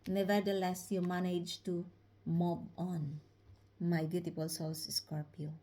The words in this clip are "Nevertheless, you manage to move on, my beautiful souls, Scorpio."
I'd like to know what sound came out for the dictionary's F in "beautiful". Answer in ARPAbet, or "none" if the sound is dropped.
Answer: P